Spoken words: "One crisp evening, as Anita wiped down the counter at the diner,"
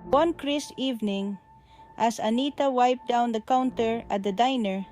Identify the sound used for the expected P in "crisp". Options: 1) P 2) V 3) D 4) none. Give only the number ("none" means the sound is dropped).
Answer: 4